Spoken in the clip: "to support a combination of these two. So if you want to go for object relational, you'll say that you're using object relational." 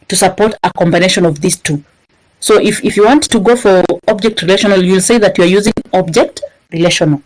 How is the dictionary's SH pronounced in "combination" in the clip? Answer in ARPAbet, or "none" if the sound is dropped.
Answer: SH